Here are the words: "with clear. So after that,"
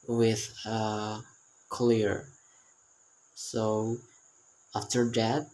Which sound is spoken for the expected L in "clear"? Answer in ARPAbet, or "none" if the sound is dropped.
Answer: L